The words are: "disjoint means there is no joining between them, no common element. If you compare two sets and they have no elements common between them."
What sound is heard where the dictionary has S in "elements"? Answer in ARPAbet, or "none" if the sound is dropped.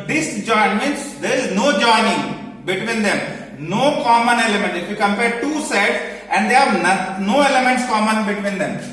S